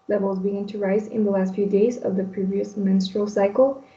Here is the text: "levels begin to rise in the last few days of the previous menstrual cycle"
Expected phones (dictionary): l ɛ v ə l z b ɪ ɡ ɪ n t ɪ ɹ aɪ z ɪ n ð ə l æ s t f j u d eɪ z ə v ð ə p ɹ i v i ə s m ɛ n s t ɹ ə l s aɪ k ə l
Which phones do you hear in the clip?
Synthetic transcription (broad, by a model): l ɛ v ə l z b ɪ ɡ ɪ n t ɪ ɹ aɪ z ɪ n ð ə l æ s t f j u d eɪ z ə v ð ə p ɹ i v i ə s m ɛ n s t ɹ ə l s aɪ k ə l